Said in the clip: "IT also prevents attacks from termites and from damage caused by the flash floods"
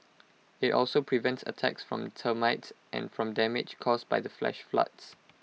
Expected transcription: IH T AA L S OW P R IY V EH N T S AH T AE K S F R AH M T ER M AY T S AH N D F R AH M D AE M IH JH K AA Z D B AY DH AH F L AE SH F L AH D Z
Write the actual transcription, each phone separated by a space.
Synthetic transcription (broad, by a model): IH T AA L S OW P R IY V EH N T S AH T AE K S F R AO M T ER M AY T S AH N F R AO M D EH M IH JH K AA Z B AY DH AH F L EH SH F L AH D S